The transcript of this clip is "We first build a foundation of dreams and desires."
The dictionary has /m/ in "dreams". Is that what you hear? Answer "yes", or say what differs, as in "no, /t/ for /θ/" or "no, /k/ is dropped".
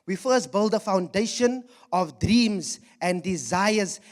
yes